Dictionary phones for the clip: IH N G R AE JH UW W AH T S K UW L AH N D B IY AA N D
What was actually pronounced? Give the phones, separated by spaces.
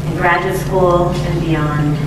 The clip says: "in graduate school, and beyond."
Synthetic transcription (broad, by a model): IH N G R AE JH UW W AH T S K UW L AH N B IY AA N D